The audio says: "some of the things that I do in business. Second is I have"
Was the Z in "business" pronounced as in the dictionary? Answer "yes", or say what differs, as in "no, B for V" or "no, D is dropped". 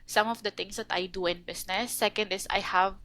no, S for Z